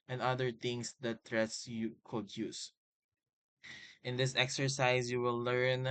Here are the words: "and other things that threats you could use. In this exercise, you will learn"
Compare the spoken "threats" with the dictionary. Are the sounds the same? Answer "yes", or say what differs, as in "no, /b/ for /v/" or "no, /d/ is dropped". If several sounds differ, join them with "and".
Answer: no, /t/ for /θ/